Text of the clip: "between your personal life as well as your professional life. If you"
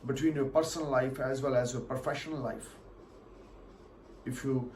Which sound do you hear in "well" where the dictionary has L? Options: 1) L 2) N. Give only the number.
1